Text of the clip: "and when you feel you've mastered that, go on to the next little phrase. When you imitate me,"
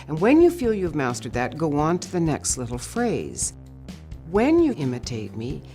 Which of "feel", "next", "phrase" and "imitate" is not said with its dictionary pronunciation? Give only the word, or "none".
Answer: none